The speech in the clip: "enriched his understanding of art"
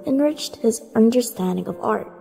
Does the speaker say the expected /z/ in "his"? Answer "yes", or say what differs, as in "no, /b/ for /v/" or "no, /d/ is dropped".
yes